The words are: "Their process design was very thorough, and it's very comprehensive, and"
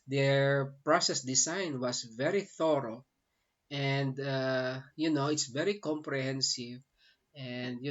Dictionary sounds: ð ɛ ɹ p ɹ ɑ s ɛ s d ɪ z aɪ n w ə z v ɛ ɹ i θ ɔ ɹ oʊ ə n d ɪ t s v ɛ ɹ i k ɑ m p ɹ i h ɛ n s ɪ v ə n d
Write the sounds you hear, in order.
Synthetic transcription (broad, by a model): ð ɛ ɹ p ɹ ɑ s ɛ s d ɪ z aɪ n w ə s v ɛ ɹ i θ ɔ ɹ oʊ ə n d ɪ t s v ɛ ɹ i k ɑ m p ɹ i h ɛ n s ɪ v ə n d